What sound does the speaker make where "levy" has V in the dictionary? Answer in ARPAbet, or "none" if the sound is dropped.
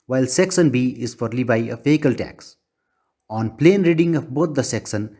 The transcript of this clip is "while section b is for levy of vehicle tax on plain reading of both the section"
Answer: B